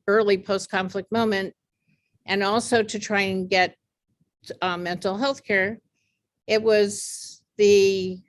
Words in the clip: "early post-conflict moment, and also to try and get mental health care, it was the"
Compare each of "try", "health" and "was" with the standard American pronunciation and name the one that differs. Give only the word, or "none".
none